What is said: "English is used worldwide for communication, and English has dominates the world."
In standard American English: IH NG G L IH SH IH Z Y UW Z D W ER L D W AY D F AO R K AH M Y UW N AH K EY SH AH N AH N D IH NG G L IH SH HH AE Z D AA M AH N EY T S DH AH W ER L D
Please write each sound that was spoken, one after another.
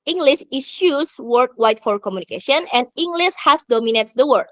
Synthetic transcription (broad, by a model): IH NG G L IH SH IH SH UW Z W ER D W AY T F AO R K AH M Y UW N AH K EY SH AH N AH N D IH NG G L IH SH HH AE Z D AA M AH N EY T S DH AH W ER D